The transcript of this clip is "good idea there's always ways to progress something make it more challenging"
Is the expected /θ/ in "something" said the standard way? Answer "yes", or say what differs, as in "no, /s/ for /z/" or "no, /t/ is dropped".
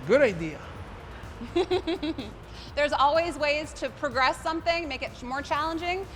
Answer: yes